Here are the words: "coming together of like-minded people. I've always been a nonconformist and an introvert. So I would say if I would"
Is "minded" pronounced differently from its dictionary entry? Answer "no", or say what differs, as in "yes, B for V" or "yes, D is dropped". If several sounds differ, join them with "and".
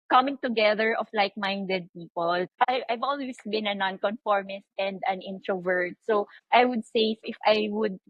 no